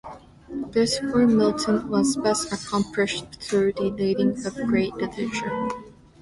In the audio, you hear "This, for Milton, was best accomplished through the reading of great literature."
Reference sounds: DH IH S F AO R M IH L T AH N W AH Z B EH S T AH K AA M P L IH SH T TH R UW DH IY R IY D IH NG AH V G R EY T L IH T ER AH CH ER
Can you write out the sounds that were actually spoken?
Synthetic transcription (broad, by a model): DH IH S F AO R M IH L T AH N W AH Z B EH S T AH K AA M P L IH SH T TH R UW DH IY L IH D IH NG AH V G R EY T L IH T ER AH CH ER